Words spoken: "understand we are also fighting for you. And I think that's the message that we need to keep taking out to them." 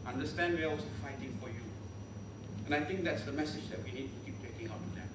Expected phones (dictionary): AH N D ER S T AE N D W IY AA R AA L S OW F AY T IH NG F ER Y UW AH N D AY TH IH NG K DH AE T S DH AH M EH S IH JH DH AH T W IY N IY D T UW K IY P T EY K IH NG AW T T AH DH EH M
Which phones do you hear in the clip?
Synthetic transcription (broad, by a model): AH N D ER S T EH N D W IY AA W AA S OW F AY T IH NG F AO Y UW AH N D AY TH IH NG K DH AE T S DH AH M EH S IH JH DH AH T W IY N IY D T UW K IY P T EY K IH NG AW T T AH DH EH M